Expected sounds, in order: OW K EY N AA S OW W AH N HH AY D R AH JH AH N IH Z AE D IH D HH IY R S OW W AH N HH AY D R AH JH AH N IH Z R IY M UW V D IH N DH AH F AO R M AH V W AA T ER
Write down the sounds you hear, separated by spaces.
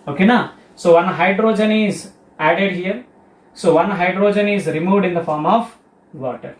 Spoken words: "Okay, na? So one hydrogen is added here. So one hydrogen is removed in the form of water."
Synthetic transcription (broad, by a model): OW K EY N AA S OW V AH N HH AY D R AH JH AH N IH Z AE D IH D HH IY R S OW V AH N HH AY D R AH JH AH N IH Z R IY M UW V D IH N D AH F AO R M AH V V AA T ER